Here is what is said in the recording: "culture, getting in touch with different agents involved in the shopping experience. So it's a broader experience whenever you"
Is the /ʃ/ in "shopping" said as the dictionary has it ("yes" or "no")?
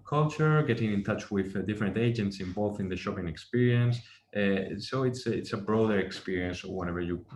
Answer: yes